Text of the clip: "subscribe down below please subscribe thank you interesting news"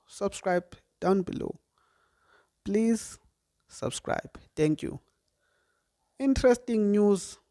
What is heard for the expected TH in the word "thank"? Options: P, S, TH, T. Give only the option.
T